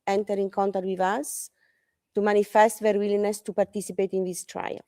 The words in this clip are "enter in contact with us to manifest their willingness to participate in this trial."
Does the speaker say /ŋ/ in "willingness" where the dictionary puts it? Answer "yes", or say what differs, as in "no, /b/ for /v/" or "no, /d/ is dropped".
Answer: no, /ŋ/ is dropped